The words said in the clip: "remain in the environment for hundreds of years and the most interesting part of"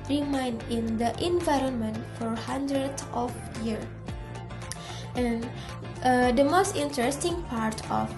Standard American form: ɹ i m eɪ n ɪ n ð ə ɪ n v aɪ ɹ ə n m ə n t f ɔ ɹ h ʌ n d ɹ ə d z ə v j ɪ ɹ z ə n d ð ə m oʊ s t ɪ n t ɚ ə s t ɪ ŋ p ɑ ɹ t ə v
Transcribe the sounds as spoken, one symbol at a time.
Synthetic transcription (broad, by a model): ɹ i m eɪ n ɪ n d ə ɪ n v aɪ ɹ ə n m ə n t f ɔ ɹ h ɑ n d ɹ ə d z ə f j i ɹ ə n d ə m oʊ s t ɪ n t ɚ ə s t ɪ ŋ p ɑ ɹ t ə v